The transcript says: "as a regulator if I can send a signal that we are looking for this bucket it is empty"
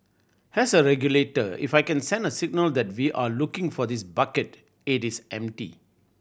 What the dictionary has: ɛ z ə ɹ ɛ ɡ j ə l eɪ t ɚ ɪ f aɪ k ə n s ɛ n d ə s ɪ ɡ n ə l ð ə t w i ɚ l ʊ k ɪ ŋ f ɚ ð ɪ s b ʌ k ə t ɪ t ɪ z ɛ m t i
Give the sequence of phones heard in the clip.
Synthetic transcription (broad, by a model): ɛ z ə ɹ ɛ ɡ j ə l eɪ t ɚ ɪ f aɪ k ə n s ɛ n d ə s ɪ ɡ n ə l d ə t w i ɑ l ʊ k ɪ ŋ f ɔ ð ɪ s b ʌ k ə t ɪ t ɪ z ɛ m t i